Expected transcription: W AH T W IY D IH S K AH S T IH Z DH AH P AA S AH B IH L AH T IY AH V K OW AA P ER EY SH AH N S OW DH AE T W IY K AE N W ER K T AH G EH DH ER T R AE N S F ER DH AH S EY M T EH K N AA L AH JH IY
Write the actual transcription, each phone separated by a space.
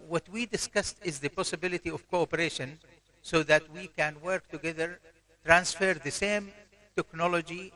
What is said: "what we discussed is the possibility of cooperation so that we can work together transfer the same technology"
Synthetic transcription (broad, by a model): W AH T W IY D IH S K AH S T IH Z DH AH P AA S AH B IH L AH T IY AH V K OW AA P ER EY SH AH N S OW DH AE T W IY K AE N W ER K T AH G EH DH ER T R AE N S F ER DH AH S EY M T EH K N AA L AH JH IY